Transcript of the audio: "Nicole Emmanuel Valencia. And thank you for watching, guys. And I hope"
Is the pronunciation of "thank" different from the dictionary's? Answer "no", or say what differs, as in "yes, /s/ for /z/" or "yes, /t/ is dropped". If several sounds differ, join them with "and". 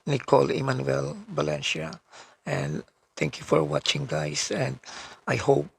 yes, /t/ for /θ/